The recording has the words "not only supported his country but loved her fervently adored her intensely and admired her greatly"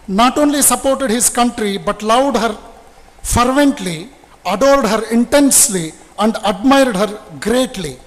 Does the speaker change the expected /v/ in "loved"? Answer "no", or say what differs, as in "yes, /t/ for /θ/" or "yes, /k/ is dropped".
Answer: yes, /w/ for /v/